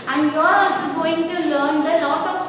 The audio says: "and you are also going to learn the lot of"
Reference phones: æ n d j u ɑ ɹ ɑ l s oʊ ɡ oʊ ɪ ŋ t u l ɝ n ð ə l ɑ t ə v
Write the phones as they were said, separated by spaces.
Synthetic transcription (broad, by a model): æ n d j ɑ ɹ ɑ s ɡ oʊ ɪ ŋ t u l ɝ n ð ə l ɑ t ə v